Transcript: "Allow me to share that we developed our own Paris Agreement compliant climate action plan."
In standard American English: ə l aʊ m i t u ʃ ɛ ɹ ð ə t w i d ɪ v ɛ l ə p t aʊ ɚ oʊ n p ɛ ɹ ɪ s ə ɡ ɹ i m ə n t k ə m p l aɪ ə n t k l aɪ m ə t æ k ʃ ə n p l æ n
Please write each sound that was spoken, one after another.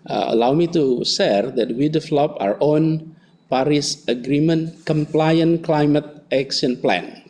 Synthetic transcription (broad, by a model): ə l aʊ m i t u s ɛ ɹ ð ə t w i d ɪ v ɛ l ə p aʊ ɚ oʊ n p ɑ ɹ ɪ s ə ɡ ɹ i m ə n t k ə m p l aɪ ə n k l aɪ m ə t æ k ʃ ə n p l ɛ n